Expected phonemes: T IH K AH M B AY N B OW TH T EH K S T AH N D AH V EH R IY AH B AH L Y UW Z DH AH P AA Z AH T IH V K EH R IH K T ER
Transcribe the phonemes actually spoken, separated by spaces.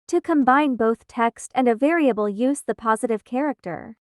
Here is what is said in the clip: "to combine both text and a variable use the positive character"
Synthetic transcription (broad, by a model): T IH K AH M B AY N B OW TH T EH K S T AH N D AH V EH R IY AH B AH L Y UW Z DH AH P AA Z AH T IH V K EH R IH K T ER